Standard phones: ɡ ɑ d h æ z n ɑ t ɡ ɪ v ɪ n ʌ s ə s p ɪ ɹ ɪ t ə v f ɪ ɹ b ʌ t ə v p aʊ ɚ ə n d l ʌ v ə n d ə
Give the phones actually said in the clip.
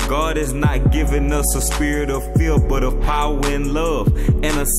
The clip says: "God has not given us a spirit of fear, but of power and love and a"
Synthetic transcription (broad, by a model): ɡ ɑ d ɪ z n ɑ t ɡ ɪ v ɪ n ʌ s ə s p ɪ ɹ ɪ t ə v f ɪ l b ʌ t ə v p aʊ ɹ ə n l ʌ v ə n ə